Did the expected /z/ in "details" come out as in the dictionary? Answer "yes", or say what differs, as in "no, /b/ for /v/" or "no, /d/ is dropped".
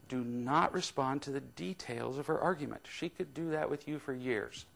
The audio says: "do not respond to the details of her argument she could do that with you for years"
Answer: yes